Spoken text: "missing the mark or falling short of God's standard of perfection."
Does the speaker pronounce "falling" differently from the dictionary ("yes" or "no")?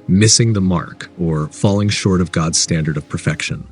no